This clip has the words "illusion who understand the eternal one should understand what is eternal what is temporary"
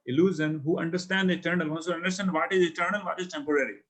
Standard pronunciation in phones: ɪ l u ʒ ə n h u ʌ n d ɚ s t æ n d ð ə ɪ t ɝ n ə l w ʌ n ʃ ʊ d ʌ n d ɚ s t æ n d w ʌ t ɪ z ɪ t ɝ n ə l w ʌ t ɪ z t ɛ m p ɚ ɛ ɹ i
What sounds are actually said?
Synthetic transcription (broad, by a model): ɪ l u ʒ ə n h u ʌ n d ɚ s t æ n d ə ɪ t ɝ n ə l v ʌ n s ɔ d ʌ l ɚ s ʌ n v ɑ t ɪ z ɪ t ɝ n ə l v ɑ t ɪ z t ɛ m p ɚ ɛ ɹ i